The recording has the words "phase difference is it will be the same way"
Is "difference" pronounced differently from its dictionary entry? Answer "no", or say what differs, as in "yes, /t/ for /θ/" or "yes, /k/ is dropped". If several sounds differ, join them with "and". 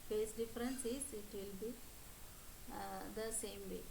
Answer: no